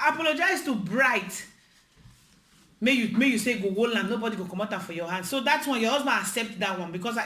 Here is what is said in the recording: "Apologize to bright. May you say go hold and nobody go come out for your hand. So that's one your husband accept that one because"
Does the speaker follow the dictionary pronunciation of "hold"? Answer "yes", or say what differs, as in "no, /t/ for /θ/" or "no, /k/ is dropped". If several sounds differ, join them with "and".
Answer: no, /d/ is dropped